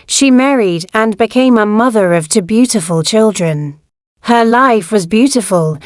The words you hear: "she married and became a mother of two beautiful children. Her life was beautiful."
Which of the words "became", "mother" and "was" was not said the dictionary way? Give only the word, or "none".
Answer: none